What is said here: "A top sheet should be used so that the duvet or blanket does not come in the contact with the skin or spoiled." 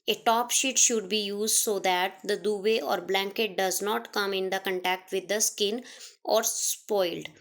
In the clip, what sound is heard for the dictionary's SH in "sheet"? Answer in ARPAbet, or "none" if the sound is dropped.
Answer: SH